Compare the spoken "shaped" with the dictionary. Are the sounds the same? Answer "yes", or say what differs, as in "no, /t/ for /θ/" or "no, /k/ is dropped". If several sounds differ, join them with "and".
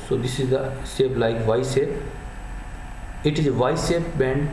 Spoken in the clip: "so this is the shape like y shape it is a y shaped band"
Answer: no, /s/ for /ʃ/